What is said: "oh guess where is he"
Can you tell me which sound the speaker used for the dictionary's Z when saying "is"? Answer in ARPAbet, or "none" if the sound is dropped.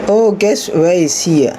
S